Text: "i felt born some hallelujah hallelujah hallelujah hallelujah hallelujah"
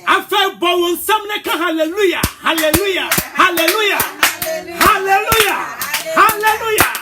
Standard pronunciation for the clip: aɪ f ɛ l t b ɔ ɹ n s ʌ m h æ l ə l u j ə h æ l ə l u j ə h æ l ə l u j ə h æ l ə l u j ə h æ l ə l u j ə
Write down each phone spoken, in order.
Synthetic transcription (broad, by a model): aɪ f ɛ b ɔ w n s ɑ m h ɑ l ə l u j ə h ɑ l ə l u j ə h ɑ l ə l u j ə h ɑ l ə l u j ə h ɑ l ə l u j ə